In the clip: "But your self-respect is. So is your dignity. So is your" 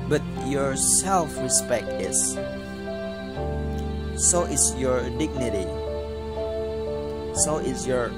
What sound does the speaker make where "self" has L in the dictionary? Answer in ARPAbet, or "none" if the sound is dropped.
L